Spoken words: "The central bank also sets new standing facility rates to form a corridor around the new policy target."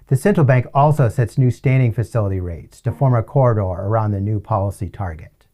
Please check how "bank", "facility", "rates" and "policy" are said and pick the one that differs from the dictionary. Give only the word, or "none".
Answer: none